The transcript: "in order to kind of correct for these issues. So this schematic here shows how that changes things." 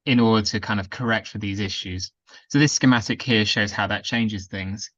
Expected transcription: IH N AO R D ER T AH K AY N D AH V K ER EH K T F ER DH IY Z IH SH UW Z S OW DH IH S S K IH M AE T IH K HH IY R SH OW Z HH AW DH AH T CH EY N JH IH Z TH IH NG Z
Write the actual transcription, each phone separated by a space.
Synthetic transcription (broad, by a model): IH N AO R D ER T AH K AY N D AH V K ER EH K T F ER DH IY Z IH SH UW Z S OW DH IH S S K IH M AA T IH K HH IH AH SH OW Z HH AW DH AH T CH EY N JH IH Z TH IH NG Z